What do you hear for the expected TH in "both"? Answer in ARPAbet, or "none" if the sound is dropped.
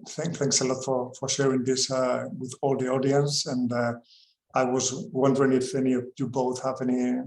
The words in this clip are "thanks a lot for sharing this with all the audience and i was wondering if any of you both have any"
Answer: TH